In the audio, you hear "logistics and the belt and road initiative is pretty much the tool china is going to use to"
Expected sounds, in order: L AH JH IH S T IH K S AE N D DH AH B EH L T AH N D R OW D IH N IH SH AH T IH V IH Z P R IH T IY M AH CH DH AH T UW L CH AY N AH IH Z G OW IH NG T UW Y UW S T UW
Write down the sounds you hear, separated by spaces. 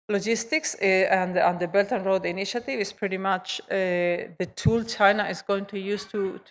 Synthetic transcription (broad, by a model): L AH JH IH S T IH K S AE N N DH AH B EH L T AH N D R OW D IH N IH SH AH T IH V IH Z P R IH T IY M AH CH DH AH T UW L CH AY N AH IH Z G OW IH NG T UW Y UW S T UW